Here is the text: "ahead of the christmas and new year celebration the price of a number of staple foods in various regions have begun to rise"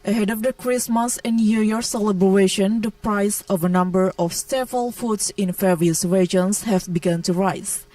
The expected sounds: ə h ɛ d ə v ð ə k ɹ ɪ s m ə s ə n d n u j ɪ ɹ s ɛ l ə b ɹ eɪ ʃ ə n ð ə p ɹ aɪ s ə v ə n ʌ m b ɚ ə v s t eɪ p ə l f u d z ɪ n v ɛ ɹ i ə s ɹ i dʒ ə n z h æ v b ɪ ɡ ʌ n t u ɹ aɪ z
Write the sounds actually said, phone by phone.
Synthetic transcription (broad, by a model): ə h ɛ d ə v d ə k ɹ ɪ s m ə s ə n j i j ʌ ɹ s ɛ l ə b ɹ eɪ ʃ ə n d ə p ɹ aɪ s ə v ə n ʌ m b ɚ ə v s t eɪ f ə l f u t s ɪ n f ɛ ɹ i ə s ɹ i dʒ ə n s h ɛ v b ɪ ɡ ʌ n t u ɹ aɪ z